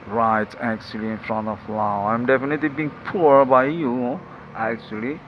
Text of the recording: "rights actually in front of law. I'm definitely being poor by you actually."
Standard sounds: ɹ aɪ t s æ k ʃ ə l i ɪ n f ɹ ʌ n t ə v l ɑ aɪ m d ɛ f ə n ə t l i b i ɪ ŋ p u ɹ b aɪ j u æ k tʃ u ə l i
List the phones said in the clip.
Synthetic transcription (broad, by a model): ɹ aɪ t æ k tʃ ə l i ɪ n f ɹ ʌ n t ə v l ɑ aɪ m d ɛ f ə n ə t l i b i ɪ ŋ p u ɹ b aɪ j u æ k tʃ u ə l i